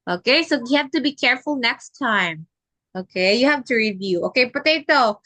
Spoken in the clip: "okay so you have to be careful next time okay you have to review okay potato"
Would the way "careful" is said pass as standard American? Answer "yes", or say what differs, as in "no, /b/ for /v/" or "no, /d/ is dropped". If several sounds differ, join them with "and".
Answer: yes